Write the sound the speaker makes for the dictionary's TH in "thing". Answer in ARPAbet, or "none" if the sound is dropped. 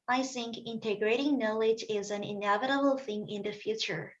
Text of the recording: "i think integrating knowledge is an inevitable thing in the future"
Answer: TH